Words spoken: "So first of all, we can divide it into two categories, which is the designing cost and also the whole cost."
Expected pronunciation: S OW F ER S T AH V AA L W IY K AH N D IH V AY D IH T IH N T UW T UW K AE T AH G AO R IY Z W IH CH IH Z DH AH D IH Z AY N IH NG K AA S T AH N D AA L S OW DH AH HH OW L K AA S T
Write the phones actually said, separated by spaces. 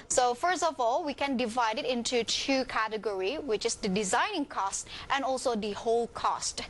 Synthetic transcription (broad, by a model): S OW F ER S T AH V AA L W IY K AH N D IH V AY D IH T IH N T UW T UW K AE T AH G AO R IY W IH CH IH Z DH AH D IH Z AY N IH NG K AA S T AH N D AA L S OW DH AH HH OW L K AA S T